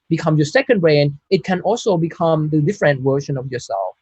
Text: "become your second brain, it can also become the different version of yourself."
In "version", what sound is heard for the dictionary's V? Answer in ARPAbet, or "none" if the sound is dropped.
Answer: W